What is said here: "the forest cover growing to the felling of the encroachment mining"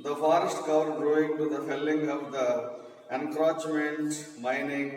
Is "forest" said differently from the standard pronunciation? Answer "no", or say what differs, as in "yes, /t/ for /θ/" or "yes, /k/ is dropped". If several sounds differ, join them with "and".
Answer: no